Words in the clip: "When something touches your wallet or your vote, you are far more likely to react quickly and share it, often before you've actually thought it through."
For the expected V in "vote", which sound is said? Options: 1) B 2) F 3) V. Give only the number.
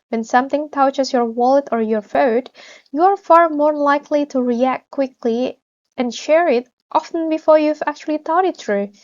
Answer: 2